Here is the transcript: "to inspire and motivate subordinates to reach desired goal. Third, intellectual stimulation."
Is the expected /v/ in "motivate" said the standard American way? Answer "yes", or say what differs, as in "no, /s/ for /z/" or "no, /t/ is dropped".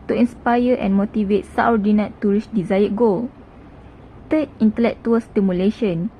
yes